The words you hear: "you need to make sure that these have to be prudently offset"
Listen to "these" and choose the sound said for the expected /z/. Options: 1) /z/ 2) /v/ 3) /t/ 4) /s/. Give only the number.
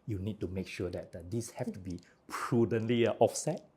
4